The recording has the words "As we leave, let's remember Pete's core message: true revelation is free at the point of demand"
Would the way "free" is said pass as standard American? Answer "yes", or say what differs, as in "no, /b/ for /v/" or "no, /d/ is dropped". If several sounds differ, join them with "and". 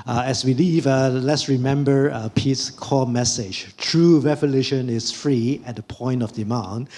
yes